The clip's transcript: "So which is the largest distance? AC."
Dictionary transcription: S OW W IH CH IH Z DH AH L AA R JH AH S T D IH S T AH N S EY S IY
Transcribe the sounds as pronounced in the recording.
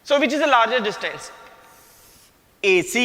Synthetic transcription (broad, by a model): S OW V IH CH IH Z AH L AA R JH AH T D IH S T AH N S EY S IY